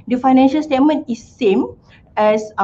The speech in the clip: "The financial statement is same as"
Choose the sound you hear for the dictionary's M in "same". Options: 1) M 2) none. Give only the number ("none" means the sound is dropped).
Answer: 1